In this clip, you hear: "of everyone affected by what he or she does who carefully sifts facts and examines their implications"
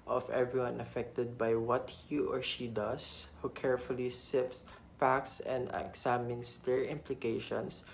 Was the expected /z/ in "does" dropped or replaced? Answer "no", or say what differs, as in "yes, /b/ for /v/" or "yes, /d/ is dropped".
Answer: yes, /s/ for /z/